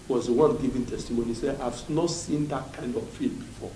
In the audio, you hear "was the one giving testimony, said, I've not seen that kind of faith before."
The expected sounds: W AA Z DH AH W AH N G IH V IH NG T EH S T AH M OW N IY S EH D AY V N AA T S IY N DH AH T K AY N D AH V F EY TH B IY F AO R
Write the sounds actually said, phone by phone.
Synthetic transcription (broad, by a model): W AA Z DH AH W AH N G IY V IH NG T EH S T AH M OW N IY S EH AY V N AA T S IY N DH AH T K AY N D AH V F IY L B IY F AO